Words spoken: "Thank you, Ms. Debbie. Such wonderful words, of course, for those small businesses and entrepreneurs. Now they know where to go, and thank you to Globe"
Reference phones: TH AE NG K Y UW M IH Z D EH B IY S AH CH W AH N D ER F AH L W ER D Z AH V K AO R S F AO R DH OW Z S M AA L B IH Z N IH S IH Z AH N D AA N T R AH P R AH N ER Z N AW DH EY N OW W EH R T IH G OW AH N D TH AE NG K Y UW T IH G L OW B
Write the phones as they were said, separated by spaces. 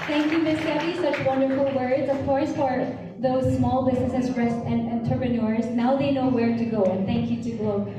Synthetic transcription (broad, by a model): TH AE NG K Y UW M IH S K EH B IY S AH CH W AH N D ER F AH L W ER D Z AH V K AO R S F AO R DH OW Z S M AA L B IH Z N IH S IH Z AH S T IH N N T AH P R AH N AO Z N AW DH EY N OW W EH R T IH G OW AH N TH AE NG K Y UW T IH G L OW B